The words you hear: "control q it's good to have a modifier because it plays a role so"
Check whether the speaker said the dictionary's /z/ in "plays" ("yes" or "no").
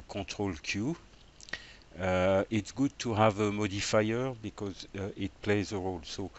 yes